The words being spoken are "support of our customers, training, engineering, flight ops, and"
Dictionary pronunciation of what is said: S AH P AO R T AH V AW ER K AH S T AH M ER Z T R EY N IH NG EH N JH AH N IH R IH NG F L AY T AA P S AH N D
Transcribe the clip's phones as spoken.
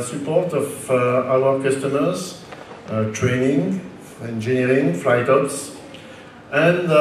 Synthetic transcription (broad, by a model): S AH P AO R T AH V AW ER K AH S T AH M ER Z T R EY N IH NG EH N JH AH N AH R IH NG F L AY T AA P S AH N